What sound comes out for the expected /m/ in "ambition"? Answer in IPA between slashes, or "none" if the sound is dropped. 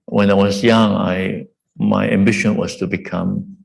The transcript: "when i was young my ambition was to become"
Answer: /m/